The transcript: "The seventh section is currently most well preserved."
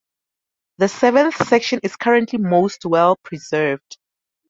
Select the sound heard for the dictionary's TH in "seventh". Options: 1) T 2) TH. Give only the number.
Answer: 2